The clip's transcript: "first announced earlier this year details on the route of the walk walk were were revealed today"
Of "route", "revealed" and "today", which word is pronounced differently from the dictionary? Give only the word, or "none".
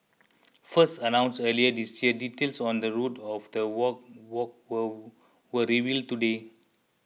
none